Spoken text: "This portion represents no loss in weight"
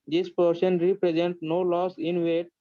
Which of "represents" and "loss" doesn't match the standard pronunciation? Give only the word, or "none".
represents